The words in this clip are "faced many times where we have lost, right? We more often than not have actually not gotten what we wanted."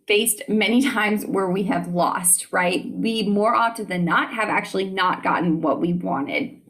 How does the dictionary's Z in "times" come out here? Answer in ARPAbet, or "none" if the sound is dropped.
Z